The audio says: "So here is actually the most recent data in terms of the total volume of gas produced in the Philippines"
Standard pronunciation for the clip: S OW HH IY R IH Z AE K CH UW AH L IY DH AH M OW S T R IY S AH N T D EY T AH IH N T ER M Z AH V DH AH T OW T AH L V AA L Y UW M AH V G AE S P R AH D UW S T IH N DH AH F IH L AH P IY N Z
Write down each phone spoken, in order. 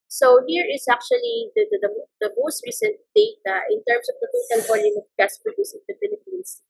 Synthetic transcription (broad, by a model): S OW HH IY R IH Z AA K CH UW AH L IY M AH M OW S T R IY S AH N T D EY T AH IH N T ER M S AH V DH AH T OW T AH L V AA L Y UW M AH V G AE S P R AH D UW S IH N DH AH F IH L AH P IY N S